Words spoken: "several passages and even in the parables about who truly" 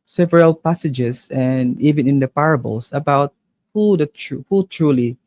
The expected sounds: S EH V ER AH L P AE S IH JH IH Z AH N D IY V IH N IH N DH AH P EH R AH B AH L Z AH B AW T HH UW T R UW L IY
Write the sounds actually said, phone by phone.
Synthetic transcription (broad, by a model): S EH V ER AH L P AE S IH JH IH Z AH N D IY V IH N IH N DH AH P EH R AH B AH L S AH B AW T HH UW T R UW L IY